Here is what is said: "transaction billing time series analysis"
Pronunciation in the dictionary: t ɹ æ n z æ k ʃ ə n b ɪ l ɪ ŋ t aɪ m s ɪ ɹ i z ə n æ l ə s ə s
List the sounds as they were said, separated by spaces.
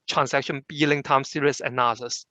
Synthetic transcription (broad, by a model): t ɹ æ n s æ k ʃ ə n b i l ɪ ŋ t aɪ m s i ɹ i ə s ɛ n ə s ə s